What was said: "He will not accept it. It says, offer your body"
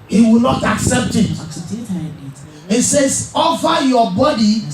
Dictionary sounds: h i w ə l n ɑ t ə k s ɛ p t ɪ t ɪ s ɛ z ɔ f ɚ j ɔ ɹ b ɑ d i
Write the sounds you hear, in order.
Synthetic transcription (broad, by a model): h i w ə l n ɑ t ə k s ɛ p t ɪ t ɪ s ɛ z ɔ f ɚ j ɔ b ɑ d i